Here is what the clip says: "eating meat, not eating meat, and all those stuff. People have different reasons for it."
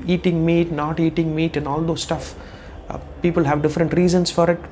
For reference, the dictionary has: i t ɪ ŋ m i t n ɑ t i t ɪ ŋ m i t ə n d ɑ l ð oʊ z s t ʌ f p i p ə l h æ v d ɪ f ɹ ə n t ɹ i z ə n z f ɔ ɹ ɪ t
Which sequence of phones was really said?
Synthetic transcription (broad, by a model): i t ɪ ŋ m i t n ɑ t i t ɪ ŋ m i t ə n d ɑ l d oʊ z s t ʌ f p i p ə l h æ v d ɪ f ɹ ə n t ɹ i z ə n s f ɔ ɹ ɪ t